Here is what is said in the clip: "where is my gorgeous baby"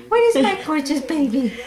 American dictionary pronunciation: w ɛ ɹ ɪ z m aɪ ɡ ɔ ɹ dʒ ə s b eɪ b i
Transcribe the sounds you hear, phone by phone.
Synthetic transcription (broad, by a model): w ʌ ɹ ɪ z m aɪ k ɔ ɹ tʃ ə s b eɪ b i